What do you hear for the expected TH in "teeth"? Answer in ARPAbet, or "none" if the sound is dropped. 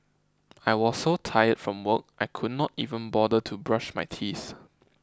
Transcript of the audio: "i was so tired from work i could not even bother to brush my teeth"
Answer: S